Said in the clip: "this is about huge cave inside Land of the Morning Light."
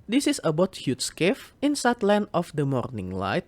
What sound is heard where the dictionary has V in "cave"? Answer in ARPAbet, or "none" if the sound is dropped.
F